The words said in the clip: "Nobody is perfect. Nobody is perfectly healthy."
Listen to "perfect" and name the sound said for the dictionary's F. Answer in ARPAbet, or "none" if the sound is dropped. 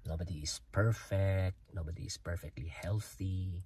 F